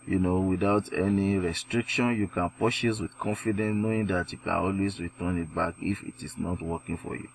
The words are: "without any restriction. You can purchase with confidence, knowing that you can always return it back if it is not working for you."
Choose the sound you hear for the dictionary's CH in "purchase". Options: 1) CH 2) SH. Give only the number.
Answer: 2